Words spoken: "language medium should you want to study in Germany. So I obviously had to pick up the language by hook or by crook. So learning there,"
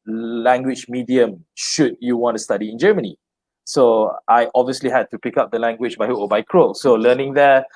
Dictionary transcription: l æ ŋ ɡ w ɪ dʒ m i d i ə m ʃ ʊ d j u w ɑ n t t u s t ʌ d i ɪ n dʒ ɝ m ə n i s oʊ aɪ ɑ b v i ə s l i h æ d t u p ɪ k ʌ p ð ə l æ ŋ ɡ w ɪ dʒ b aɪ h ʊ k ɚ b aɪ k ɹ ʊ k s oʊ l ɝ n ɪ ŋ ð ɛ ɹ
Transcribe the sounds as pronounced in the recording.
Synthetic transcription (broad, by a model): l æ ŋ ɡ w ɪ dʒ m i d i ə m ʃ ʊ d j u w ɑ n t t u s t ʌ d i ɪ n dʒ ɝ m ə n i s oʊ aɪ ɑ b v i ə s l i h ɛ d t u p ɪ k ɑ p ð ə l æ ŋ ɡ w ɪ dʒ b aɪ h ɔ ɔ b aɪ k ɹ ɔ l s oʊ l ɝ n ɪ ŋ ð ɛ